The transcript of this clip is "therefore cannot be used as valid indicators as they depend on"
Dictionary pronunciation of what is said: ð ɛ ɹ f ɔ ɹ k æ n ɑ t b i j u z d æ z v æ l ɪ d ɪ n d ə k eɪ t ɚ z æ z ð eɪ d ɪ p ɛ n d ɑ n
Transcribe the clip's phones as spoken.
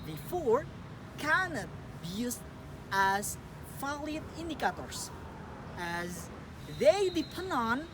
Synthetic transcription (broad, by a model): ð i f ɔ ɹ k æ n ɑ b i j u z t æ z f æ l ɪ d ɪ n d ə k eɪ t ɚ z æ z ð eɪ d ɪ p ɛ n d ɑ n